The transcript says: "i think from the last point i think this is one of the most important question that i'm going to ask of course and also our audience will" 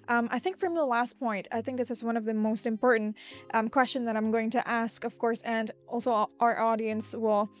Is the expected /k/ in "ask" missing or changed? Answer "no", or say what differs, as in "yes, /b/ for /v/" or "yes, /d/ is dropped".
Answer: no